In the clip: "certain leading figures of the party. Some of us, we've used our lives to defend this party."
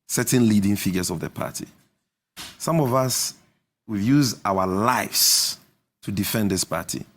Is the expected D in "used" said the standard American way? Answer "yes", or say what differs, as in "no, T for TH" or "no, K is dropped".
no, D is dropped